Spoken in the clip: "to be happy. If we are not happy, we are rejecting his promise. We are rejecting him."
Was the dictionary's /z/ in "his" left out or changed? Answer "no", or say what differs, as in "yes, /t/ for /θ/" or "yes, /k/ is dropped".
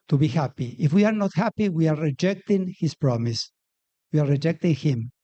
yes, /s/ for /z/